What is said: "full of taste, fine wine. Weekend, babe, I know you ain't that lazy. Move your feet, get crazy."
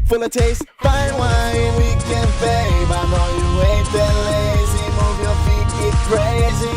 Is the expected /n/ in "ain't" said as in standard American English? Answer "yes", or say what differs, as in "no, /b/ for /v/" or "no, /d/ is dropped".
no, /n/ is dropped